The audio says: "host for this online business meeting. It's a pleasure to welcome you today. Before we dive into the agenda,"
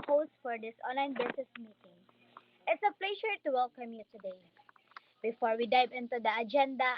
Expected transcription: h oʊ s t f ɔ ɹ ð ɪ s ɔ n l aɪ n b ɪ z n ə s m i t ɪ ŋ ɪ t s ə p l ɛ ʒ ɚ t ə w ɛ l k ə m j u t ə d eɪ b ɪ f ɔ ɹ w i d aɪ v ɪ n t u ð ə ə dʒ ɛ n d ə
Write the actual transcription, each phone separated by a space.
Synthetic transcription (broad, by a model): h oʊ s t f ɔ ɹ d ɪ s ɔ n l aɪ n b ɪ s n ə s m i t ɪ ŋ ɪ t s ə p l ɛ ʃ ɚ t ə w ɛ l k ə m j u t ə d eɪ b ɪ f ɔ ɹ w i d aɪ v ɪ n t u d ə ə dʒ ɛ n d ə